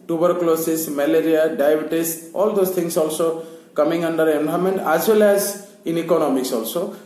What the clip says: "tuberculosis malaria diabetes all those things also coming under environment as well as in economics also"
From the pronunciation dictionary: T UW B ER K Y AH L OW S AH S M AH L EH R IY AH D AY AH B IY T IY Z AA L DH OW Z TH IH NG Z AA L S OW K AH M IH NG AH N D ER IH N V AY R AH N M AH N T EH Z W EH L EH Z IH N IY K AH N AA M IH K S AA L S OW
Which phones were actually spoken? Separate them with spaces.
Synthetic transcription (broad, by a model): T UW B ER K L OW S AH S M AH L EH R IY AH D AY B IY T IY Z AA L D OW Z T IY NG S AA L S OW K AH M IH NG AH N D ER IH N B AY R M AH N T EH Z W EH L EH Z IH N IY K AH N AA M IH K S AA L S OW